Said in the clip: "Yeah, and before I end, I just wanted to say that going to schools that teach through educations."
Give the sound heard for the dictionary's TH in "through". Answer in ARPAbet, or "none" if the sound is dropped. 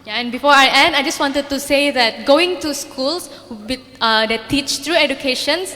T